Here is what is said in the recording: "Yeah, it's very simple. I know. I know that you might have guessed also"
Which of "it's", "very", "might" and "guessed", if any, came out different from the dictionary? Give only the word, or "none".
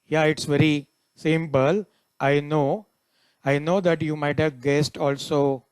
none